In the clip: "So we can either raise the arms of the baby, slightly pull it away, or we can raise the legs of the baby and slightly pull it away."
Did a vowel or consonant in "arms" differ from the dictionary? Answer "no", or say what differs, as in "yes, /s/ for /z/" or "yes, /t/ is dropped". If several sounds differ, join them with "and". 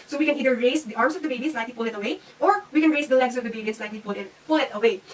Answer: yes, /s/ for /z/